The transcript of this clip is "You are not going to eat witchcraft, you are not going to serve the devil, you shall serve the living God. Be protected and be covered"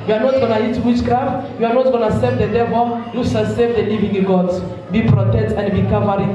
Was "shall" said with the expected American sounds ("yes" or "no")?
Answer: no